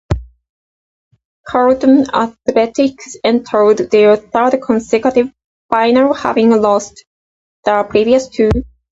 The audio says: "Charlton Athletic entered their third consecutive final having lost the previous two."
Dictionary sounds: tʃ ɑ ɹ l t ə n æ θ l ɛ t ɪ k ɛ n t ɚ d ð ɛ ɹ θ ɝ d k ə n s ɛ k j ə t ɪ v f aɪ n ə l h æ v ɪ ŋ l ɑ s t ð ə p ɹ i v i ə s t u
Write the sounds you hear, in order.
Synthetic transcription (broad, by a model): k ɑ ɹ t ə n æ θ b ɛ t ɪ k ɛ n t ɚ d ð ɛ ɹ θ ɝ d k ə n s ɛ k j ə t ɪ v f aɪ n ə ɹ h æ v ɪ ŋ l ɑ s t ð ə p ɹ i v i ə s t u